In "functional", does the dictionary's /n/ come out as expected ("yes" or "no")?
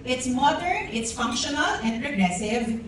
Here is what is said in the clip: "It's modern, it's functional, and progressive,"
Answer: yes